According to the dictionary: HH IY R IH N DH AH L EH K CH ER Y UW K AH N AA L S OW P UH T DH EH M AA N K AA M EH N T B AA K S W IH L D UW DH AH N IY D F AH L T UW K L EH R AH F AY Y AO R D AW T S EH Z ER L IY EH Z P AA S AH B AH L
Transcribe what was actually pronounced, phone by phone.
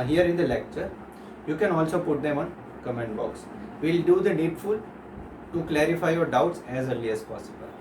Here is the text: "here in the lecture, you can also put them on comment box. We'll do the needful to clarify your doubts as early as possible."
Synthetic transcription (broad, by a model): HH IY R IH N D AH L EH K CH ER Y UW K AH N AA L S OW P UH T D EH M AA N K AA M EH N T B AA K S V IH L D UW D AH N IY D F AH L T UW K L EH R AH F AY Y AO R D AW T S EH Z ER L IY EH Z P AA S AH B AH L